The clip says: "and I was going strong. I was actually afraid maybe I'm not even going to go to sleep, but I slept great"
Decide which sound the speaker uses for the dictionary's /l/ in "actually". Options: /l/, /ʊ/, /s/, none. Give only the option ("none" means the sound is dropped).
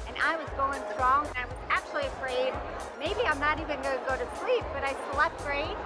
/l/